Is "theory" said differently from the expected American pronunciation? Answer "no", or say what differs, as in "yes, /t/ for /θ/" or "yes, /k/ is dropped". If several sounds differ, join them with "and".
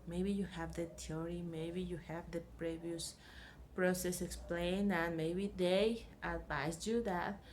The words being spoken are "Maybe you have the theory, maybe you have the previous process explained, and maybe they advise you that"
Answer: yes, /t/ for /θ/